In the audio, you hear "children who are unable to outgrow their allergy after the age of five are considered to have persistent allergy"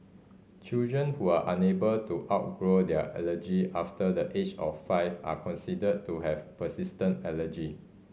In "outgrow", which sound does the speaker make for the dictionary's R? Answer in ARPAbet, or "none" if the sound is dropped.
R